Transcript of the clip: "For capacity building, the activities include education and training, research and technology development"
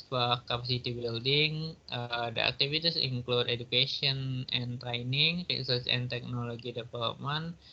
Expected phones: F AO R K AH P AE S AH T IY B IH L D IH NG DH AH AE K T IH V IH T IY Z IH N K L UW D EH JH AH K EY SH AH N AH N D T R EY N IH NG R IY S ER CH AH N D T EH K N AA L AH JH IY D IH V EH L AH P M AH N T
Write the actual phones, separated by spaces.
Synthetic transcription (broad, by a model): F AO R K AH P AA S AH T IY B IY L D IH NG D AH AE K T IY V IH T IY S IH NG K L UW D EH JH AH K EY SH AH N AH N T R EY N IH NG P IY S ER S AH N T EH K N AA L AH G IY D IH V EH L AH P M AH N